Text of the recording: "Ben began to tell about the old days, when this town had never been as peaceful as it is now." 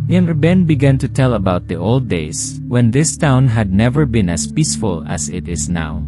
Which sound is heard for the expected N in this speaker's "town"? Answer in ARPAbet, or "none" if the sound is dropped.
N